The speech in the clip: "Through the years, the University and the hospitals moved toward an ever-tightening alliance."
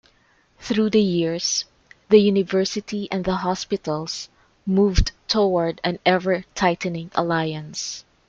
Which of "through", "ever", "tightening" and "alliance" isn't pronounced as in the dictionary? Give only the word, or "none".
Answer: none